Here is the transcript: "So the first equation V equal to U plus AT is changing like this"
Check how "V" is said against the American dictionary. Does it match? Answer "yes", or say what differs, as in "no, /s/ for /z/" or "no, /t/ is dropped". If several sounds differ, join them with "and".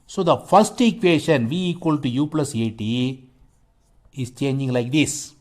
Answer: yes